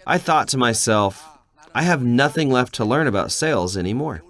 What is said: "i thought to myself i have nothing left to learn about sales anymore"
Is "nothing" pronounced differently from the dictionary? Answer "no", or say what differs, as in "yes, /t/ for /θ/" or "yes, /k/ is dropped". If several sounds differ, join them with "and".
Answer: no